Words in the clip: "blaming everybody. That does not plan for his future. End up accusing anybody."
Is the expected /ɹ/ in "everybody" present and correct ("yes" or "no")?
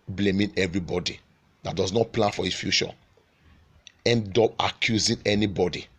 yes